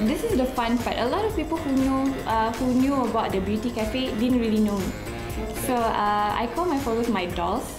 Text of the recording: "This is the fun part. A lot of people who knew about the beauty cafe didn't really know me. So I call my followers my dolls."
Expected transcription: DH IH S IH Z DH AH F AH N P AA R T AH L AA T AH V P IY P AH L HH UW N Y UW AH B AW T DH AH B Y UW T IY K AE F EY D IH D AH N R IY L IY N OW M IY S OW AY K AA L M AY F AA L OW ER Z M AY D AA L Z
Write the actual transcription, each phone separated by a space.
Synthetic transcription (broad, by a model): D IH S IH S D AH F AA N B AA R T AH L AA T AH F P IY P AH L HH UW N Y UW AH B AW T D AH B Y UW T IY K AE F EY D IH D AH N R IY L IY N OW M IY S OW AY K AA L M AY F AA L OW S M AY D AA L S